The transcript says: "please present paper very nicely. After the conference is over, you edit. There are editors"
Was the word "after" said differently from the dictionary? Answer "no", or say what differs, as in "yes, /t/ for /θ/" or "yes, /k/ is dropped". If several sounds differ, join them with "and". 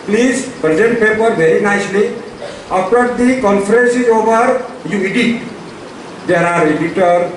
yes, /p/ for /f/